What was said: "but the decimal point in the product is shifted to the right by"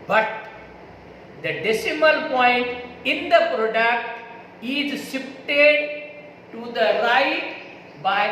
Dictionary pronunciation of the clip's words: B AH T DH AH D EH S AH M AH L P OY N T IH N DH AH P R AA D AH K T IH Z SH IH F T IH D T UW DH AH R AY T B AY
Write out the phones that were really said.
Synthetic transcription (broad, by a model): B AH T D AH D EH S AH M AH L P OY N T IH N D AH P R AA D AH K T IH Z S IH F T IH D T UW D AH R AY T B AY